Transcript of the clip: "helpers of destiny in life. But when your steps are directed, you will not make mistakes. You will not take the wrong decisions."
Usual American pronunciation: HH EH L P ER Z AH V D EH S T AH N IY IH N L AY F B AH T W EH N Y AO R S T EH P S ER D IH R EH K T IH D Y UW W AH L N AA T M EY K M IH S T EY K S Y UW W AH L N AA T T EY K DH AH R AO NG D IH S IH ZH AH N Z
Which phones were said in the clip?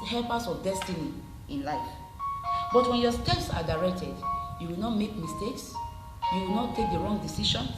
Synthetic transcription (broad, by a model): HH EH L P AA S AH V D EH S T AH N IY IH N L AY F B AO T W EH N Y AO S T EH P S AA D IH R EH K T IH D Y UW W AH L N AA T M EY K M IH S T EY K S Y UW W AH L N AA T T EY K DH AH R AO NG D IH S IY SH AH N